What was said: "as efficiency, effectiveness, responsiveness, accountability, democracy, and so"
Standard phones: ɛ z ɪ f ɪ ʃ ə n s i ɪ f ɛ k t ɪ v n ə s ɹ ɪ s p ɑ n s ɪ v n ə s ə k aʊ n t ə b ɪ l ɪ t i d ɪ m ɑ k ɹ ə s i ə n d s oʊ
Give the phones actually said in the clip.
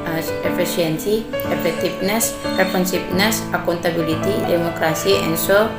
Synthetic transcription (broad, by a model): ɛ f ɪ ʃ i ə n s i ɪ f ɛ k t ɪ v n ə s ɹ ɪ p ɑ n s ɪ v n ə s ə k aʊ n t ə b ɪ l ɪ t i d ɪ m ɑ k ɹ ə s i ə n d s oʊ